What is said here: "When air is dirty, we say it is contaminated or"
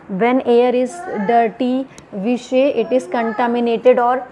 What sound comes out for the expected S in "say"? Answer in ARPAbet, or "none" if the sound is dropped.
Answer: SH